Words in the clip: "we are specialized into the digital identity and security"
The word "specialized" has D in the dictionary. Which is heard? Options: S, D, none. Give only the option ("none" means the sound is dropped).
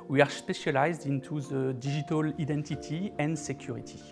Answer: D